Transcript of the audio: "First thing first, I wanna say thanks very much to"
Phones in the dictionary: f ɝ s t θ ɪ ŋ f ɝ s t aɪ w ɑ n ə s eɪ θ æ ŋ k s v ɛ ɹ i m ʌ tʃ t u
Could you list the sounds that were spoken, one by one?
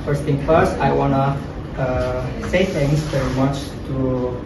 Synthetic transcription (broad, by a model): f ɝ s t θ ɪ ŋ f ɝ s t aɪ w ɑ n ə s eɪ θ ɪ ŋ s v ɛ ɹ i m ʌ tʃ t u